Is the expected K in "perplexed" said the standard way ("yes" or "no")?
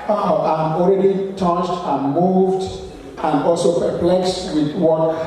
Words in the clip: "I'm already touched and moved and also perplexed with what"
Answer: yes